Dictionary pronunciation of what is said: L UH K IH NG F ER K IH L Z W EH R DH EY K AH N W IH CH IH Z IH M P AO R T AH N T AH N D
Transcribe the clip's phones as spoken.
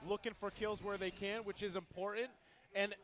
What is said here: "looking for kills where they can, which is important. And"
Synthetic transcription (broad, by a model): L UH K IH NG F ER K IH L Z W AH R DH EY K AH N W IH CH IH Z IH M P AO R T N T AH N